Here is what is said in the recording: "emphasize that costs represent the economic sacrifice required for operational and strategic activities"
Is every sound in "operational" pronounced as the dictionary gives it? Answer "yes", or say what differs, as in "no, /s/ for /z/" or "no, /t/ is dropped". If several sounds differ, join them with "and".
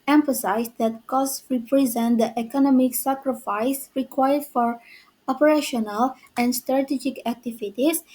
yes